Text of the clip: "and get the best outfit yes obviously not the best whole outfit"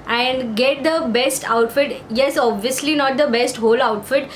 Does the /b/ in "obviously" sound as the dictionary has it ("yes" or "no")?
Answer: yes